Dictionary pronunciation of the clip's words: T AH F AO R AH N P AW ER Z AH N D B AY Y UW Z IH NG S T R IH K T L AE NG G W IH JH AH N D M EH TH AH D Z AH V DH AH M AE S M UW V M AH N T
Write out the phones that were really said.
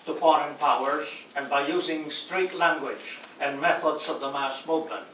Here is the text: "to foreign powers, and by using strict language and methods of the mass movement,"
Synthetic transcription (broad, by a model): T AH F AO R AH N P AW ER Z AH N B AY Y UW Z IH NG S T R IH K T L AE NG G W IH JH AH N M EH TH AH D Z AH V DH AH M AE S M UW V M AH N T